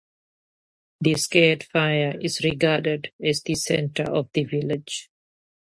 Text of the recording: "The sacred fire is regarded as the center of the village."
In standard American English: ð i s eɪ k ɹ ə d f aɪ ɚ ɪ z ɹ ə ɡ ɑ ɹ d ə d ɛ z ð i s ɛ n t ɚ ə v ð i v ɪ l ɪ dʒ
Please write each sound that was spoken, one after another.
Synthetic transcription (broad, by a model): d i s k ə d f aɪ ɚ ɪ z ɹ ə ɡ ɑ d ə d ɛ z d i s ɛ n t ɚ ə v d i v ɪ l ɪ dʒ